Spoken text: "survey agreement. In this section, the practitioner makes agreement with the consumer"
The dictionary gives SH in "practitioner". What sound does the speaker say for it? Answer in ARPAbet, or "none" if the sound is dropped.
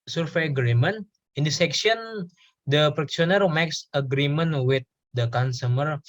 none